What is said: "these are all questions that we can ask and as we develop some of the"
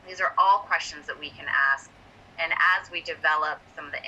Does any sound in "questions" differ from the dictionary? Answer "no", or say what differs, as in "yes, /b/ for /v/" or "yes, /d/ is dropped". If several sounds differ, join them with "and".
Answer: no